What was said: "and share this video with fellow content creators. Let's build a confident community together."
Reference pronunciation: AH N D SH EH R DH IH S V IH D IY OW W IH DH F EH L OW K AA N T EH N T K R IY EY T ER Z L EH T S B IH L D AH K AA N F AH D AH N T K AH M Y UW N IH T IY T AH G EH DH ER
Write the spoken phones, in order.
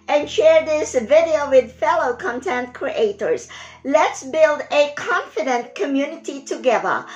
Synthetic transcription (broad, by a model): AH N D SH EH R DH IH S V IH D IY OW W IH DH F EH L OW K AA N T EH N T K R IY EY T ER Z L EH T S B IH L D AH K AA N F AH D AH N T K AH M Y UW N IH T IY T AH G EH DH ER